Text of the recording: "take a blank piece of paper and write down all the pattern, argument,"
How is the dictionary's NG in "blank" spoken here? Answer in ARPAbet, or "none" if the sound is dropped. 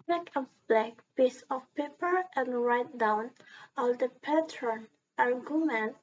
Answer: none